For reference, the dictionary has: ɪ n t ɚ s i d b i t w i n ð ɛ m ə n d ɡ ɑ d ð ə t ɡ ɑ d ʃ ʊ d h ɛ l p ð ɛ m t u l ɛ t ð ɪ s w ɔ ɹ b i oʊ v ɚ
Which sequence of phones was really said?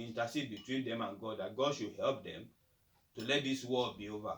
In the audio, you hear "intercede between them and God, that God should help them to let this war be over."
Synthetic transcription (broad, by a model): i n t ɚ s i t b i t w i n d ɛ m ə n ɡ ɑ d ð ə t ɡ ɑ d ʃ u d h ɛ l p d ɛ m t u l ɛ t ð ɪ s w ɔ l b i oʊ v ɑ